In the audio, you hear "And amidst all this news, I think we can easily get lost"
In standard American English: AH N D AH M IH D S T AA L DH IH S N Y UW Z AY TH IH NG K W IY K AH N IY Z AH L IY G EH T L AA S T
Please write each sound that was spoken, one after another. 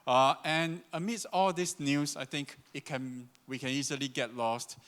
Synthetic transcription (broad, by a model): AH N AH M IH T S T AA L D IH S N Y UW S AY T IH NG K W IY K AH N IY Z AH L IY G EH T L AA S T